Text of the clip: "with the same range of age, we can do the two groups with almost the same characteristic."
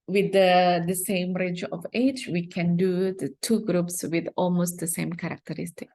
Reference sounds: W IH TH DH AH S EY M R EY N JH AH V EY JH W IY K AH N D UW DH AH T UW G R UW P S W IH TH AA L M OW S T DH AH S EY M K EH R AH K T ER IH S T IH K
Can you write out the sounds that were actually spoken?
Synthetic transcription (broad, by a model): W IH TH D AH S EY M R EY JH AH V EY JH W IY K AH N D UW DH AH T UW G R UW P S W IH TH AA L M OW S T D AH S EY M K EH R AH K T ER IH S T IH K